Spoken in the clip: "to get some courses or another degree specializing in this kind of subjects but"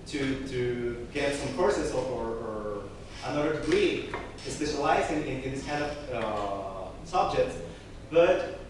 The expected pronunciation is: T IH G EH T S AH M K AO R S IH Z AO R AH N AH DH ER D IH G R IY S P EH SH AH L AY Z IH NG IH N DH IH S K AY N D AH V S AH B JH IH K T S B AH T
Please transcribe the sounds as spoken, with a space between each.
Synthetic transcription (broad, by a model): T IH G EH T S AH M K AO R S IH S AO R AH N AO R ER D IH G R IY S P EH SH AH L AY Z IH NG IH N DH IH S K AY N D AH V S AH B JH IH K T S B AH T